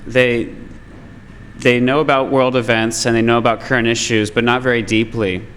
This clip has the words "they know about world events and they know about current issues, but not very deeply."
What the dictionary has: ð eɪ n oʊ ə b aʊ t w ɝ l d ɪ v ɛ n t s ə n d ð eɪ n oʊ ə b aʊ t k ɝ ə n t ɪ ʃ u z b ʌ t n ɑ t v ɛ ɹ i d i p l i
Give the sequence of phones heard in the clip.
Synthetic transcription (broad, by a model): ð eɪ n oʊ ə b aʊ t w ɝ l d ɪ v ɛ n t s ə n ð eɪ n oʊ ə b aʊ t k ɝ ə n t ɪ ʃ u z b ʌ t n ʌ t v ɛ ɹ i d i p l i